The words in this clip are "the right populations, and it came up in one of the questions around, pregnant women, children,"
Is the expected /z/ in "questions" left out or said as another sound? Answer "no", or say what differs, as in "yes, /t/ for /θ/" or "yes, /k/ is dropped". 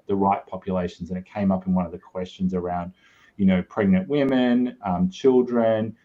no